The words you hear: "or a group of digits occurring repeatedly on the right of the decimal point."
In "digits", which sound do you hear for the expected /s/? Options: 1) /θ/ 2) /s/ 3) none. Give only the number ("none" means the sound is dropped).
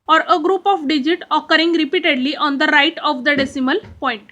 3